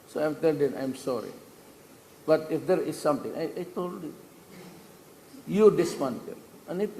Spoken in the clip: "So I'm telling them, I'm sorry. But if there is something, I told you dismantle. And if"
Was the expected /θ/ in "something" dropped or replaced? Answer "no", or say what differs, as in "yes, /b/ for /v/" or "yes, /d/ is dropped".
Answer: yes, /t/ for /θ/